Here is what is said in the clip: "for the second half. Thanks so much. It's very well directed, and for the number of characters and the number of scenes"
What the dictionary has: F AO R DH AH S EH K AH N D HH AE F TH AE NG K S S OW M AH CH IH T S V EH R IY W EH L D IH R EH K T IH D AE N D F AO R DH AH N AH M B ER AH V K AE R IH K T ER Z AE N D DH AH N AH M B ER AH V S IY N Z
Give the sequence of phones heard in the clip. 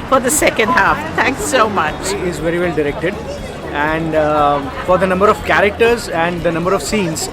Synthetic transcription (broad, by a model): F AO R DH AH S EH K AH N D HH AE F T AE NG K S S OW M AH CH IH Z V EH R IY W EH L D IH R EH K T IH D AE N D F AO R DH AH N AH M B ER AH V K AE R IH K T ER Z AE N D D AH N AH M B ER AH V S IY N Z